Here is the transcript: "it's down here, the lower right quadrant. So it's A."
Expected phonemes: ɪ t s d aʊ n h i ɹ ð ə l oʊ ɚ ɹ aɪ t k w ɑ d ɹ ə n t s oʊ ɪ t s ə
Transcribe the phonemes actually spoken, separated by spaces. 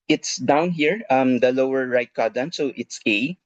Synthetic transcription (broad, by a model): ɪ t s d aʊ n h i ɹ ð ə l oʊ ɚ ɹ aɪ t k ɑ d ə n s oʊ ɪ t s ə